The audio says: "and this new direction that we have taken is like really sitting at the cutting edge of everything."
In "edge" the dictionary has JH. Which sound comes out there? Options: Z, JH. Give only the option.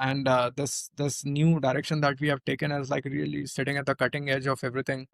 JH